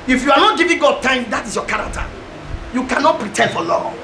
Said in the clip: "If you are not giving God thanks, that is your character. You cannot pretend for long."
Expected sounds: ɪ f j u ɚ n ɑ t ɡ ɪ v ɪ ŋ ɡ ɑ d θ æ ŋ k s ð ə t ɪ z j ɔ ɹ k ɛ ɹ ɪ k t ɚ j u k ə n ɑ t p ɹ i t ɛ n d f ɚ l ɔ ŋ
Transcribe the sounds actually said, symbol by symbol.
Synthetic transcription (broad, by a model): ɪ f j u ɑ n ɑ t ɡ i v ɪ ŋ ɡ ɑ d t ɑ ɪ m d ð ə t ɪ s j ɔ k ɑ ɹ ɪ k t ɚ j u k ə n ɑ t p ɹ i t ɛ n d f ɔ l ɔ